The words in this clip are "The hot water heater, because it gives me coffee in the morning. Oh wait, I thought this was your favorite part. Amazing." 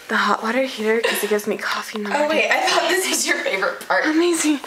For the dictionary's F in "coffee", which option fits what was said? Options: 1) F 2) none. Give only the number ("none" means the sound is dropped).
1